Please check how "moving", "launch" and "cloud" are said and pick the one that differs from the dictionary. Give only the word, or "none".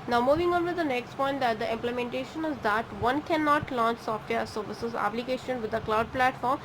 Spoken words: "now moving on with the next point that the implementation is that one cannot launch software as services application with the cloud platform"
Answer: none